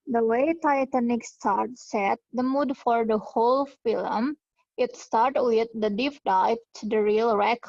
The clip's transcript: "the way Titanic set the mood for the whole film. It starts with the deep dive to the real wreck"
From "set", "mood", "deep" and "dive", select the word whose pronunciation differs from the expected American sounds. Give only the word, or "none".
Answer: dive